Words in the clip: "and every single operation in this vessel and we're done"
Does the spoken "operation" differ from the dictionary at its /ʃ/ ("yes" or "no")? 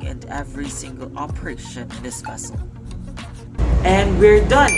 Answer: yes